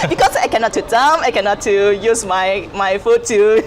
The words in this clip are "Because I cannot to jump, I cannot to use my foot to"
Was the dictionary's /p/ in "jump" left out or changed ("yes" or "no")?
yes